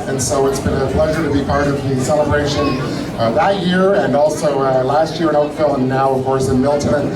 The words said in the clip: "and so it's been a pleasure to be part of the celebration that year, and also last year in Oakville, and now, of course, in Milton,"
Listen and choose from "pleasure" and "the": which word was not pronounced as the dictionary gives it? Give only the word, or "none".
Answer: none